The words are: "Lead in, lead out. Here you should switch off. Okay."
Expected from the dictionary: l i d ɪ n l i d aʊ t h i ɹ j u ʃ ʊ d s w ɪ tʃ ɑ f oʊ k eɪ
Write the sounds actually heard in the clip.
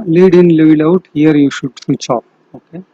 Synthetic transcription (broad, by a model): l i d ɪ n l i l aʊ t h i ɹ j u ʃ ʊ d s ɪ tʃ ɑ p oʊ k eɪ